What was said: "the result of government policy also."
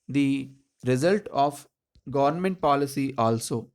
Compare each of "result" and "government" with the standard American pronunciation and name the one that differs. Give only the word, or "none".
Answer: none